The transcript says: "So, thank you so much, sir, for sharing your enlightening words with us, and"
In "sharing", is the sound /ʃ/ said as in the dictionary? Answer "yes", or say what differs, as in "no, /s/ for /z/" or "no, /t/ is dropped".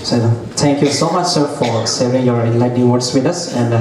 no, /s/ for /ʃ/